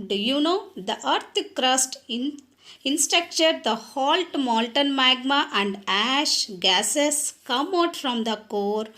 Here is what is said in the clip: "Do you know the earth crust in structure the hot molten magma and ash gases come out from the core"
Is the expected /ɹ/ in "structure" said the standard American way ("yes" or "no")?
no